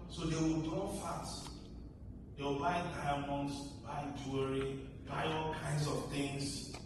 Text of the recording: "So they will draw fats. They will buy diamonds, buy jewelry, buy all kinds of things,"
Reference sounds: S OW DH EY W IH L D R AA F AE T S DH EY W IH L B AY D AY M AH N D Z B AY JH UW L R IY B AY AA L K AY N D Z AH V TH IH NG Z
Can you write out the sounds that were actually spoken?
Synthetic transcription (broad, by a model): S OW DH EY W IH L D AA F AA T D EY W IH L B AY D AY M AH N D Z B AY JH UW R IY B AY AA L K AY N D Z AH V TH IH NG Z